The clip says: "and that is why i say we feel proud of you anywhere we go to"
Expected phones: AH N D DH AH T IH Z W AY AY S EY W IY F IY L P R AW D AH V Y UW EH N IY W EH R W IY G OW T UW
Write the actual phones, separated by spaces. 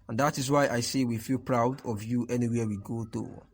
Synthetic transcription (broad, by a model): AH N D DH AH T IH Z W AY AY S EY W IY F IY L P R AW D AH V Y UW EH N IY W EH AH W IY G OW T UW